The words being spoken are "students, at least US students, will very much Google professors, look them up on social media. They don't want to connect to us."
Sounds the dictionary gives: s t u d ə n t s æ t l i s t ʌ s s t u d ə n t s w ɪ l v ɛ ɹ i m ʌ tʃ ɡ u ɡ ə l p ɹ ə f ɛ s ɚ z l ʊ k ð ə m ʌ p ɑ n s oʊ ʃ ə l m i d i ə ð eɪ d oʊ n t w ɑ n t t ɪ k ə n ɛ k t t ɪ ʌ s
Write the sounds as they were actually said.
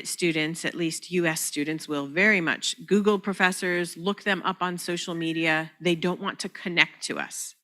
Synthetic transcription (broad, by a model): s t u d n t s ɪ t l i s t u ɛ s t u d n t s w ɪ l v ɛ ɹ i m ʌ tʃ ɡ u ɡ l p ɹ ə f ɛ s ɚ z l ʊ k ð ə m ʌ p n s oʊ ʃ l m i d i ə ð eɪ d oʊ n t w ɑ n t t ɪ k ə n ɛ k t t ɪ ʌ s